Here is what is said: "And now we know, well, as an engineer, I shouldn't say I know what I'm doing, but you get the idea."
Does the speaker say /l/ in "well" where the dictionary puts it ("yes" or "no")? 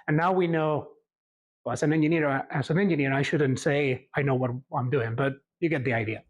no